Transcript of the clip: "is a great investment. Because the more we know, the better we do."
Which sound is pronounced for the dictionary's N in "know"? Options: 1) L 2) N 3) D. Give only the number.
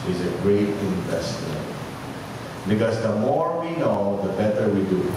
2